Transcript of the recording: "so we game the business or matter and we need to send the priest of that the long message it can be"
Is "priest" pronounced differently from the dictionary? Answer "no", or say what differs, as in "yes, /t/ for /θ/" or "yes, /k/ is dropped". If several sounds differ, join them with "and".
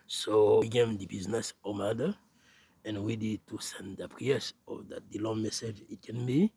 yes, /t/ is dropped